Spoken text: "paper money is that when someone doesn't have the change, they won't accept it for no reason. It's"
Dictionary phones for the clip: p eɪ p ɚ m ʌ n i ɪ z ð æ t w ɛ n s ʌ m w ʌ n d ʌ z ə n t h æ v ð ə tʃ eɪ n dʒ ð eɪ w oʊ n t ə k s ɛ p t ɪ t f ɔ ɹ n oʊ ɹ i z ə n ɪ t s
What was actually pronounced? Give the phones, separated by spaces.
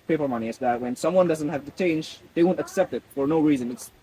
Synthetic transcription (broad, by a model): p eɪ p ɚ m ʌ n i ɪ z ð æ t w ɛ n s ʌ m w ʌ n d ʌ z ə n t h æ v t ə tʃ eɪ n dʒ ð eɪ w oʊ n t ə k s ɛ p t ɪ t f ɔ ɹ n oʊ ɹ i z ə n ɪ t s